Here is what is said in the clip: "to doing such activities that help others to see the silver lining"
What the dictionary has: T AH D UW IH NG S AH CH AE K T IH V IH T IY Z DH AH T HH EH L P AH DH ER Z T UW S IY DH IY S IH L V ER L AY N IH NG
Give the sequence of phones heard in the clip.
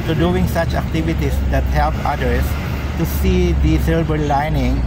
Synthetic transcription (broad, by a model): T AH D UW IH NG S AH CH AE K T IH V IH T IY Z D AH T HH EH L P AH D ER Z T UW S IY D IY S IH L B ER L AY N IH NG